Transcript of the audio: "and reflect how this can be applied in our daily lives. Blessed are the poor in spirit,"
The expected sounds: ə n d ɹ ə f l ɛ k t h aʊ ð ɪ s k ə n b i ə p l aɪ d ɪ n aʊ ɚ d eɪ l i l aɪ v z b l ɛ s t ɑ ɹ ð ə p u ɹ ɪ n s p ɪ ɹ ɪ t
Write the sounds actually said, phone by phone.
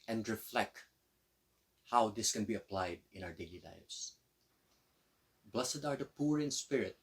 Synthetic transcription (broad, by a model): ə n d ɹ ə f l ɛ k t h aʊ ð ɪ s k ə n b i ə p l aɪ d ɪ n aʊ ɚ d eɪ l i l aɪ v s b l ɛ s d ɑ ɹ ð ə p u ɹ ɪ n s p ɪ ɹ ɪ t